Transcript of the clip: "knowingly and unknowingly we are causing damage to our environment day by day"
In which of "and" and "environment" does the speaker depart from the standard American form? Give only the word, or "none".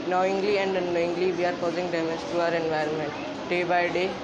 none